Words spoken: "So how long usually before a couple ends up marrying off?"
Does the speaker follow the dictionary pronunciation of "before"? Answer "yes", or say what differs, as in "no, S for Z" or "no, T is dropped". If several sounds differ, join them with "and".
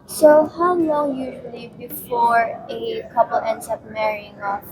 yes